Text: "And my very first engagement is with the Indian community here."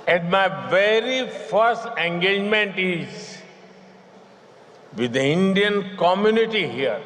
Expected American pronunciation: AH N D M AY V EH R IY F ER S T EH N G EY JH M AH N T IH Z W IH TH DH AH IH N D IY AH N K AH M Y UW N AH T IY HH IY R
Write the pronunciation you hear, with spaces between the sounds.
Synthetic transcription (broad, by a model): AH N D M AY V EH R IY F ER S T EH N G EY JH M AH N T IH Z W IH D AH IH N D IY AH N K AH M Y UW N AH T IY HH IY R